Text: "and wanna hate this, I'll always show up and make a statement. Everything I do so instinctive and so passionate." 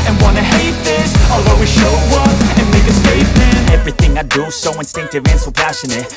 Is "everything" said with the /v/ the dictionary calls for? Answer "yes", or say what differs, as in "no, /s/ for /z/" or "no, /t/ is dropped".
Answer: yes